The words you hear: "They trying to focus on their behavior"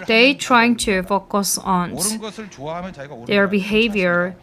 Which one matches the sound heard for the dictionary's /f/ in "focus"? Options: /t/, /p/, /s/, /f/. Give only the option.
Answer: /f/